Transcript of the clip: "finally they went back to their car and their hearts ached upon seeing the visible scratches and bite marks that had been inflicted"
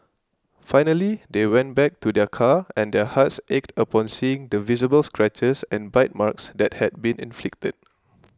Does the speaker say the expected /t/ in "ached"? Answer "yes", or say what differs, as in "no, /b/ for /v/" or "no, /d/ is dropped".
yes